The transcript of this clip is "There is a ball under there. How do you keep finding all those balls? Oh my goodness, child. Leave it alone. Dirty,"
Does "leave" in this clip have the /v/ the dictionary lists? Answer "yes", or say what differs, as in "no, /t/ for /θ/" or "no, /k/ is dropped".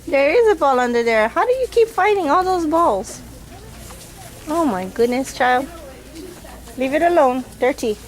yes